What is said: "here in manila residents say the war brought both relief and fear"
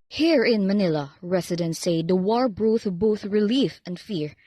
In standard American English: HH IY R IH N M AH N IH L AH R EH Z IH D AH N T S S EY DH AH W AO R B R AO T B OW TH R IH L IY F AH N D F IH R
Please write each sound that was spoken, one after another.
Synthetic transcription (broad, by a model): HH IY R IH N M AH N IH L AH R EH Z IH D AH N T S S EY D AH W AO R B R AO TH B OW TH R IH L IY F AH N D F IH R